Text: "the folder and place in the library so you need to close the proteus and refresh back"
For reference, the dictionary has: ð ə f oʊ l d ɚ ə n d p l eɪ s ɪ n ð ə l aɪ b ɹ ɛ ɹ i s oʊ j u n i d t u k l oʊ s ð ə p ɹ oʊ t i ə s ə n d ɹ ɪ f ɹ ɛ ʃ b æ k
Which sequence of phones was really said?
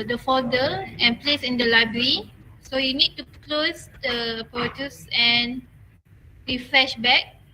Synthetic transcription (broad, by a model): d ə f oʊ d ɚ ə n p l eɪ s ɪ n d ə l aɪ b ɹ ɹ i s oʊ j u n i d t u k l oʊ s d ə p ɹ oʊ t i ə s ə n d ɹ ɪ f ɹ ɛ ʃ b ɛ k